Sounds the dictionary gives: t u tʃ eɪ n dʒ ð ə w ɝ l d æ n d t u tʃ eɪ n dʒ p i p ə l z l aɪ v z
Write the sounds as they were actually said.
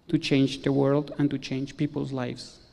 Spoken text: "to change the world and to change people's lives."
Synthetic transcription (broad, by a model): t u tʃ eɪ n dʒ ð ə w ɝ l d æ n t u tʃ eɪ n dʒ p i p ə l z l aɪ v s